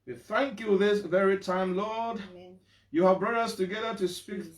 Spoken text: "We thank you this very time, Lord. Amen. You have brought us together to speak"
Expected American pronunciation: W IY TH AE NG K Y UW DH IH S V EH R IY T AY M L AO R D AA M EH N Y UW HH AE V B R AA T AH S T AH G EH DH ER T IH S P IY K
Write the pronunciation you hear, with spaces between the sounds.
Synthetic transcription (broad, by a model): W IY TH AE NG K Y UW DH IH S V EH R IY T AY M L AO R D Y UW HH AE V B R AA T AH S T AH G EH DH ER T IH S P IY K